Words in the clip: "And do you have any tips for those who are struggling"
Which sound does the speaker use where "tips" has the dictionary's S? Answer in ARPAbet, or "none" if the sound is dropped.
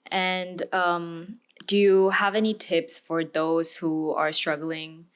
S